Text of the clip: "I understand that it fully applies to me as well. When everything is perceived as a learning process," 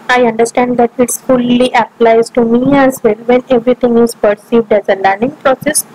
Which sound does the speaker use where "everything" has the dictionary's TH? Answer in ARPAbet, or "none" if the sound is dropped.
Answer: T